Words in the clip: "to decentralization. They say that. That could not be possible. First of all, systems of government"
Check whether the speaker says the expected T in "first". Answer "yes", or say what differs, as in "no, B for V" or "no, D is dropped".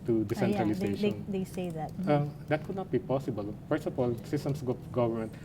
no, T is dropped